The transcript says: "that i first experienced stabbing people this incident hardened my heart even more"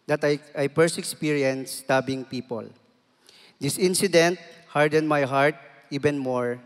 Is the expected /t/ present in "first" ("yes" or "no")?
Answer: no